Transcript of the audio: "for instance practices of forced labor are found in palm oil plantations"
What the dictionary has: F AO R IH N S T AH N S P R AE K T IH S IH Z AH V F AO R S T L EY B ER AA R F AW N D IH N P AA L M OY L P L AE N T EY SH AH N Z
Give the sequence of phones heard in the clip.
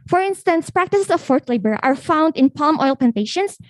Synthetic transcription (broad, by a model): F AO R IH N S T AH N S P R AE K T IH S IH S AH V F AO R T L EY B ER AA R F AW N D IH N P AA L M OY L P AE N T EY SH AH N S